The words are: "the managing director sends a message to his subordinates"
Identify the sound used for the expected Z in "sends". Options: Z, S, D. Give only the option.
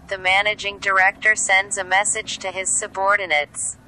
Z